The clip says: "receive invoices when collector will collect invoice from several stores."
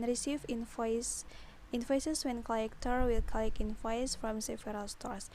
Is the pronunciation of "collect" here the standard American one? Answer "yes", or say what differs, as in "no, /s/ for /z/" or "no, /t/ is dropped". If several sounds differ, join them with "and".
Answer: no, /t/ is dropped